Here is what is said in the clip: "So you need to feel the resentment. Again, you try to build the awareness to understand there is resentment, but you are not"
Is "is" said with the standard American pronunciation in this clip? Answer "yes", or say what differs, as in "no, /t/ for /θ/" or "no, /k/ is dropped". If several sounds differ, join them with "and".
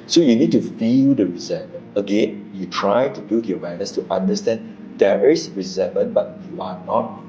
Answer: no, /s/ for /z/